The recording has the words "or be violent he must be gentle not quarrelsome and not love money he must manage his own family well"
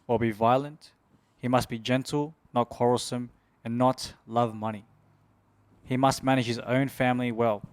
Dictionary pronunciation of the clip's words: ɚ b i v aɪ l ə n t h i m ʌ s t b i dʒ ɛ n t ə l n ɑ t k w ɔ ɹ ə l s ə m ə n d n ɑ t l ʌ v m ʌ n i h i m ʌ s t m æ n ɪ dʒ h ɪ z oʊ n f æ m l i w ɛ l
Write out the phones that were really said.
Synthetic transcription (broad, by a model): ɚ b i v aɪ l ə n t h i m ʌ s t b i dʒ ɛ n t l n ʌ t k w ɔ ɹ l s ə m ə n n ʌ t l ʌ v m ʌ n i h i m ʌ s t m æ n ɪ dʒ h ɪ z oʊ n f æ m l i w ɛ l